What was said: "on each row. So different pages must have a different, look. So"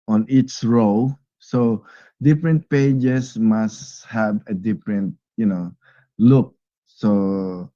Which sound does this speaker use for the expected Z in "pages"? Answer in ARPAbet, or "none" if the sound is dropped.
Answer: S